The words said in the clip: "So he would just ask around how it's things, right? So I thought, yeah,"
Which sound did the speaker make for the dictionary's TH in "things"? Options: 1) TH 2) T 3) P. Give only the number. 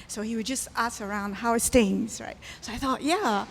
2